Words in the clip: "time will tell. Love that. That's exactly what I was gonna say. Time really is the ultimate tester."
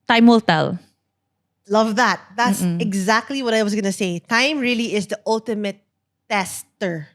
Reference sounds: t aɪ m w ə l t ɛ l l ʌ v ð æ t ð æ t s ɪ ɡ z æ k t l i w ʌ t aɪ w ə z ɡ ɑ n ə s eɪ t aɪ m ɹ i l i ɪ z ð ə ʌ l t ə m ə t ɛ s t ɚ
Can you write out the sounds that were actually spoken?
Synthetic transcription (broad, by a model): t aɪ m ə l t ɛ l l ʌ v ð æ t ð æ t s ɪ ɡ z æ k t l i w ʌ t aɪ w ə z ɡ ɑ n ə s eɪ t aɪ m ɹ i l i ɪ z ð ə ʌ l t ə m ə t ɛ s t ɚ